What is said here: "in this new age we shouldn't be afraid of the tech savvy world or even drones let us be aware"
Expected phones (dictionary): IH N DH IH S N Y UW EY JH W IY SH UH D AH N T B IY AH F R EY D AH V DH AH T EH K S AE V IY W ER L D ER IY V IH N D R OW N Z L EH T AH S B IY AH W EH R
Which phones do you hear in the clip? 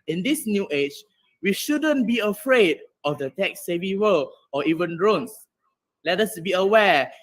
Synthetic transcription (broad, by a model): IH N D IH S N Y UW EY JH W IY SH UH D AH N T B IY AH F R EY D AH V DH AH T EH K S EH V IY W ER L AO IY V IH N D R OW N S L EH T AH S B IY AH W EH